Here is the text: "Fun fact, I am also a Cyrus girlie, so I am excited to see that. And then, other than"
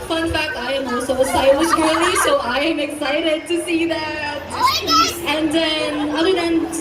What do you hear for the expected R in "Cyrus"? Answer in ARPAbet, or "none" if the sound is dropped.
none